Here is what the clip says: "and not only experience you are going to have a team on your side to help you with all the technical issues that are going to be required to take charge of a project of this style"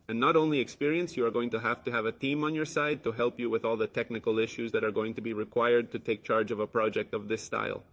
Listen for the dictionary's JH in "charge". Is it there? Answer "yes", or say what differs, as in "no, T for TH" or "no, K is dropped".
yes